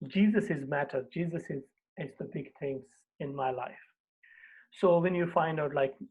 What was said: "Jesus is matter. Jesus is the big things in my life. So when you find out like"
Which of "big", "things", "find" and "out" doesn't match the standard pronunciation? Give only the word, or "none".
things